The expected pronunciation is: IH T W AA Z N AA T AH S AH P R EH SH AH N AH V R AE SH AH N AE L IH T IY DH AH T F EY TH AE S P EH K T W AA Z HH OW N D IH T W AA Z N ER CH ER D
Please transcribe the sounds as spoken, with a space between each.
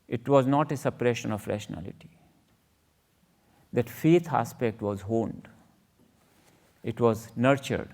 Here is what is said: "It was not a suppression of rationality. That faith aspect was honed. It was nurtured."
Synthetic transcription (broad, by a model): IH T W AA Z N AA T AH S AH P R EH SH AH N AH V R AE SH AH N AE L IH T IY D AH T F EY T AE S P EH K T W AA Z HH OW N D IH T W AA Z N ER CH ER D